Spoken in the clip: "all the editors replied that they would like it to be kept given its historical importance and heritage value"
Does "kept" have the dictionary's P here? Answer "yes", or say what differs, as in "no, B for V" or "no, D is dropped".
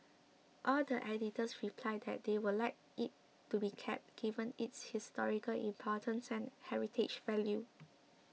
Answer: yes